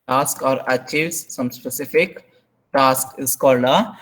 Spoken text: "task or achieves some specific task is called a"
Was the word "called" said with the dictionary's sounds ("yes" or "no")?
no